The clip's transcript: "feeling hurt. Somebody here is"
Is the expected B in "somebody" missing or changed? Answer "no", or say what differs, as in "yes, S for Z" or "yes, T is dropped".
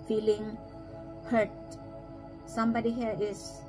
no